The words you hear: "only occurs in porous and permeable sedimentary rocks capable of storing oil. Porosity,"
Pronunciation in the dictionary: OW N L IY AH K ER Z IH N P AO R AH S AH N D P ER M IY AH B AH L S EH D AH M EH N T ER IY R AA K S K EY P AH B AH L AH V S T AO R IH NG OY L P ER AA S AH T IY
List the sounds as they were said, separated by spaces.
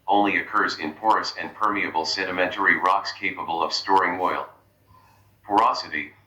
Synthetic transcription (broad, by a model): OW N L IY AH K ER Z IH N P AO R AH S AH N P ER M IY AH B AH L S EH D AH M EH N T ER IY R AA K S K EY P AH B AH L AH V S T AO R IH NG OY L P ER AA S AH T IY